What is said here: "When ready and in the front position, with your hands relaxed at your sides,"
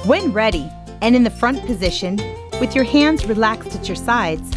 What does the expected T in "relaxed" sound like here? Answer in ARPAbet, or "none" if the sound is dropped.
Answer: T